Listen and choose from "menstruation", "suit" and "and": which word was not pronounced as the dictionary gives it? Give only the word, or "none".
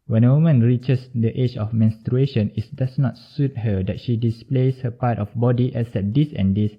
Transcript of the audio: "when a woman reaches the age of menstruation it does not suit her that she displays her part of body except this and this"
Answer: none